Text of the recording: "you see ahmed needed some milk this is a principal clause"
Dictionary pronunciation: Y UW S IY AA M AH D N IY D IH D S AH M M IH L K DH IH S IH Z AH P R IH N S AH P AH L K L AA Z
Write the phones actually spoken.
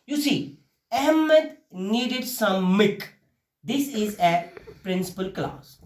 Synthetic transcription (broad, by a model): Y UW S IY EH M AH D N IY D IH D S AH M M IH K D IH S IH Z AH P R IH N S AH P AH L K L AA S